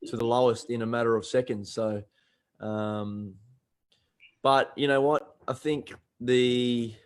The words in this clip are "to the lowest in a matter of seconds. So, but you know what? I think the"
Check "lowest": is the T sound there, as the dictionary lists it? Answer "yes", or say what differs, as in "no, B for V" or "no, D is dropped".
yes